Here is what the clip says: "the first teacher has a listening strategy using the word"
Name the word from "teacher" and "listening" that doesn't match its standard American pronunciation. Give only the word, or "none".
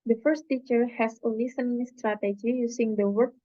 listening